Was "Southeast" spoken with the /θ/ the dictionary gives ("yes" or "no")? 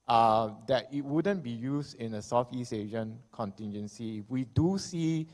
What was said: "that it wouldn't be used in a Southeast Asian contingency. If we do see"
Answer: no